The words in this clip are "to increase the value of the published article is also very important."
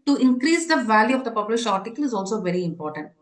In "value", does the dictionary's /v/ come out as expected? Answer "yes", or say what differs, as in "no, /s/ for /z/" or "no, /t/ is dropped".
yes